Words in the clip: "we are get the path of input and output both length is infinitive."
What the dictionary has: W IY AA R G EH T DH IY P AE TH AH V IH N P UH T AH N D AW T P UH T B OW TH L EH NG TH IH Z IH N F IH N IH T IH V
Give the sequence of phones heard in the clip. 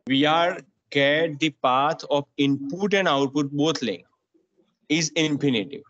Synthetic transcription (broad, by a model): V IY AA R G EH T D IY P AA T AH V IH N P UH T AH N D AW T P UH T B OW T L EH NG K IH Z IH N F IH N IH T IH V